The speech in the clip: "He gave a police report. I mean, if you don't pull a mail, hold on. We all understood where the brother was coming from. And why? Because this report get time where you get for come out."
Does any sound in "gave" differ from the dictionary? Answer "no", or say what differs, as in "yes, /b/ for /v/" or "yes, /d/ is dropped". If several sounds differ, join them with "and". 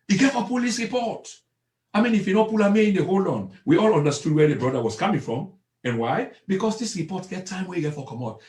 yes, /f/ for /v/